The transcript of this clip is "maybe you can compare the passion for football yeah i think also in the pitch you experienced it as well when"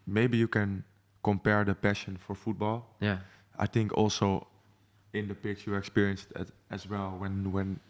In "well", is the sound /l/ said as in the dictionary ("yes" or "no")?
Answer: no